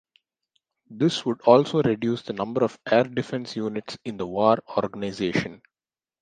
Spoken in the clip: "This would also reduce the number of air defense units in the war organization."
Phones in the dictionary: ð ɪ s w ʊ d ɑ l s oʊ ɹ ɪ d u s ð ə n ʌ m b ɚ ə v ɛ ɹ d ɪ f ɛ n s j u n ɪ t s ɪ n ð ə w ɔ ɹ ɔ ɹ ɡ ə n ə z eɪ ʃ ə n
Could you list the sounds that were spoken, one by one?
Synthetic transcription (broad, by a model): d ɪ s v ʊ d ɑ l s oʊ ɹ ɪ d u s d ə n ʌ m b ɚ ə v ɛ ɹ d ɪ f ɛ n s j u n ɪ t s ɪ n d ə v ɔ ɹ ɔ ɹ ɡ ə n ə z eɪ ʃ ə n